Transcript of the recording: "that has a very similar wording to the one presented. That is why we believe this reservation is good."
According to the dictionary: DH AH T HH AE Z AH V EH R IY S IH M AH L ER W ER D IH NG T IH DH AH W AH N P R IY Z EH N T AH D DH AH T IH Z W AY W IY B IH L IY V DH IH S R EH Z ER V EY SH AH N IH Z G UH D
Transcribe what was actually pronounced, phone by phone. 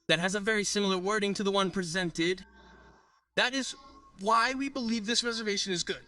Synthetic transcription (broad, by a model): DH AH T HH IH Z AH V EH R IY S IH M L ER W ER D IH NG T IH DH AH W AH N P R IY Z EH N T AH D DH AH T IH Z W AY W IY B IH L IY V DH IH S R EH Z ER V EY SH AH N IH Z G UH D